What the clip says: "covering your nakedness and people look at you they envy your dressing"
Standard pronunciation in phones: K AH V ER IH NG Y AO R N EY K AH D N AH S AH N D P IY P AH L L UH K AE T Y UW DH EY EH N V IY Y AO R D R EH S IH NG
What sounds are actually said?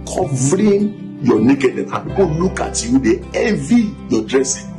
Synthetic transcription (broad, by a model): K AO V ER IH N Y AO N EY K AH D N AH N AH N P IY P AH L L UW K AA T Y UW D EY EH V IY Y AO D R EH S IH